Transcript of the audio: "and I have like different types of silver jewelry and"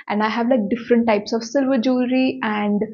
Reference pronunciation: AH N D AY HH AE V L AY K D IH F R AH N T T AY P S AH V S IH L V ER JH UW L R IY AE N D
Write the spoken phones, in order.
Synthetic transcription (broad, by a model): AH N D AY HH AE V L AY K D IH F R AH N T T AY P S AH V S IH L V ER JH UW R IY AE N D